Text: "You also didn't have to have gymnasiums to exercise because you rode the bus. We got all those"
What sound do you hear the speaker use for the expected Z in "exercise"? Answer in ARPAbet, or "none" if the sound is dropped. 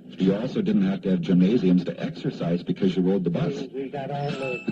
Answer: Z